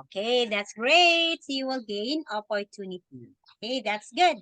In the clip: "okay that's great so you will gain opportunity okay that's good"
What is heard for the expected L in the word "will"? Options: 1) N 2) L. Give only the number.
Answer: 2